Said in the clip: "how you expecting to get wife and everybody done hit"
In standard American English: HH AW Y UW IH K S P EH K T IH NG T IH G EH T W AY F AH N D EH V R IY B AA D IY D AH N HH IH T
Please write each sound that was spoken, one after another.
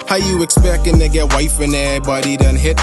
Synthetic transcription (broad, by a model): HH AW Y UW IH K S P EH K T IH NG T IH G EH T W AY F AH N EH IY B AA D IY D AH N HH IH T